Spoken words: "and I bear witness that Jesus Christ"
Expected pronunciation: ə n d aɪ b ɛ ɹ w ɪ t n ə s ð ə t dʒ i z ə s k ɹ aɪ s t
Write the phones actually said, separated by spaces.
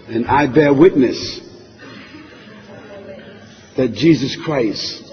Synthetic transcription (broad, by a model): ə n aɪ b ɛ ɹ w ɪ t n ə s ð ə t dʒ i z ə s k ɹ aɪ s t